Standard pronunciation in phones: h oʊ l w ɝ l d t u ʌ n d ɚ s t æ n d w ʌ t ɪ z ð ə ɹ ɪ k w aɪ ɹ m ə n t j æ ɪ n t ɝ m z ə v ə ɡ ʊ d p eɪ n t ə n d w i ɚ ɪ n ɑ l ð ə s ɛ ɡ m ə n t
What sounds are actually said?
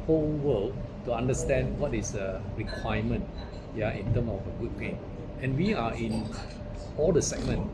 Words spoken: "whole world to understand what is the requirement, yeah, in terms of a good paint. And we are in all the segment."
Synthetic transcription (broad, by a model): h oʊ l w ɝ l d t u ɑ n d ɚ s t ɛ n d w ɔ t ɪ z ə ɹ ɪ k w aɪ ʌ m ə n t j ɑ ɪ n t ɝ m ə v ə ɡ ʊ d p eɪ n ə n w i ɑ ɪ n ɑ l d ə s ɛ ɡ m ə n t